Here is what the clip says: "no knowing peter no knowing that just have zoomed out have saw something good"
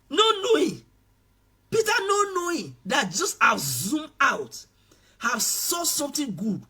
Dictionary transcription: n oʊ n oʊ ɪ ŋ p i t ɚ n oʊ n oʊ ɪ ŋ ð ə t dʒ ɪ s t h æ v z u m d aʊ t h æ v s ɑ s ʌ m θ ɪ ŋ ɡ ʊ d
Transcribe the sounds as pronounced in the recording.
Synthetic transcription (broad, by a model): n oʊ n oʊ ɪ p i t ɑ n oʊ n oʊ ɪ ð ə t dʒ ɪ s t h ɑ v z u m aʊ t h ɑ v s ɑ s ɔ m t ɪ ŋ ɡ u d